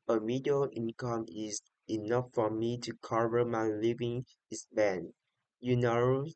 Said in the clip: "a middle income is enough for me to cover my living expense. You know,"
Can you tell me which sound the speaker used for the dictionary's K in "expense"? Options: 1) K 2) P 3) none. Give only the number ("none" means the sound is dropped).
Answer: 3